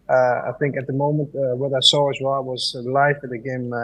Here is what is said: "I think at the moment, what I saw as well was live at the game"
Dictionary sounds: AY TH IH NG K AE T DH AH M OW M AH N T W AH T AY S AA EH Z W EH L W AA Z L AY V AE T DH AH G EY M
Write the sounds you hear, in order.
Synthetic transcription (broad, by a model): AY TH IH NG K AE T DH AH M OW M AH N T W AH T AY S AA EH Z W EH L W AA Z L AY F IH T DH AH G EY M